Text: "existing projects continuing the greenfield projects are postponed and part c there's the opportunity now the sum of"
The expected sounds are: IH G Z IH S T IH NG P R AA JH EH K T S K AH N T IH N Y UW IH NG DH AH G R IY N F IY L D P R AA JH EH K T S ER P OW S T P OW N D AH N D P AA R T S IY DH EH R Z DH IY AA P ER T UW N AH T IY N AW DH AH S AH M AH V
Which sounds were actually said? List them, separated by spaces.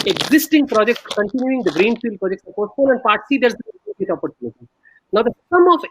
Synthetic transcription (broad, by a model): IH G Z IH S T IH NG P R AA JH EH K T S K AH N T IH N Y UW IH NG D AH G R IY N F IY L D P R AA JH EH K T S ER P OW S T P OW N AH N D P AA R T S IY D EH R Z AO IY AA P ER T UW N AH T IY N AW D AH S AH M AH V